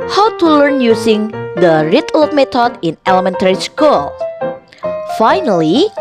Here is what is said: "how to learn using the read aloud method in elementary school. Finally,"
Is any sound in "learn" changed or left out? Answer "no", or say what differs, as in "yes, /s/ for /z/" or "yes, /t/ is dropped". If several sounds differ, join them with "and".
no